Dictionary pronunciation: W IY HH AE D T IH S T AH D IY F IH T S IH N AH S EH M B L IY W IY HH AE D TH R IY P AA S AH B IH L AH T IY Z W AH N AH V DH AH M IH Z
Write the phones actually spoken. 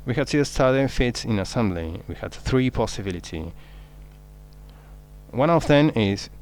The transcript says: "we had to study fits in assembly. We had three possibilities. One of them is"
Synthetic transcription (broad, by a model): W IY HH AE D T IH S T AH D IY F IH T S IH N AH S EH M B L IY W IY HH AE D TH R IY P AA S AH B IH L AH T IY W AH N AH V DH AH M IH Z